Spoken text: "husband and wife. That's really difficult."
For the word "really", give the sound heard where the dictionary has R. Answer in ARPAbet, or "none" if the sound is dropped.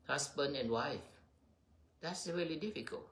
R